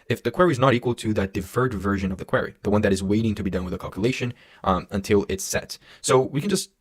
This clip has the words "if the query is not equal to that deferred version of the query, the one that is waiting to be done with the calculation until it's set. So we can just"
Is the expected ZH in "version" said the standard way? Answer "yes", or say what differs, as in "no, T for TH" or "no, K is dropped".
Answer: yes